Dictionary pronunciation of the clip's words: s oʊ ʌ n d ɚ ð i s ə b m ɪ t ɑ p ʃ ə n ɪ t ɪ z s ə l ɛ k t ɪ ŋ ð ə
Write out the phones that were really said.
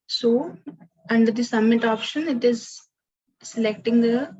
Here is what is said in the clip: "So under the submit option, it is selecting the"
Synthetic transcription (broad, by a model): s oʊ ʌ n d ɚ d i s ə m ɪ t ɑ p ʃ ə n ɪ t ɪ z s ə l ɛ k t ɪ ŋ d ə